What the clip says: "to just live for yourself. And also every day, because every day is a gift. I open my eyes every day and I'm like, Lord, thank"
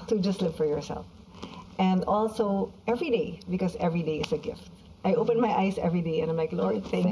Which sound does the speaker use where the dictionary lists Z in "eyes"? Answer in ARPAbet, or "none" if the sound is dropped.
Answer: S